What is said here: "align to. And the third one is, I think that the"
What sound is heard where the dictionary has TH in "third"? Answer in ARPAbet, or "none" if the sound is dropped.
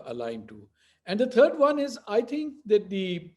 T